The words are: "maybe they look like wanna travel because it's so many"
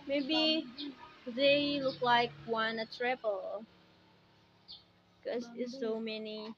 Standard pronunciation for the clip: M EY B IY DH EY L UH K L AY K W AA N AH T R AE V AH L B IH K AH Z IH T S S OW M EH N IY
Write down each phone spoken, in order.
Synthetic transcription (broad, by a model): M EY B IY DH EY L UH K L AY K W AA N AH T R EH P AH L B K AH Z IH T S S OW M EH N IY